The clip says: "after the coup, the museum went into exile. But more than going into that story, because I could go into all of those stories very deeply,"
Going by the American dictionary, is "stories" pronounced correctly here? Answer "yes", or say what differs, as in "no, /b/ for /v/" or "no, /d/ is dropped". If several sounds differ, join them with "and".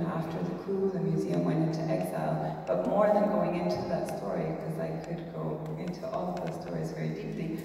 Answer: yes